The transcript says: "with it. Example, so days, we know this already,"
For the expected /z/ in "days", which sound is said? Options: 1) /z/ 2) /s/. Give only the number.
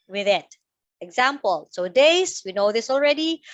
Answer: 2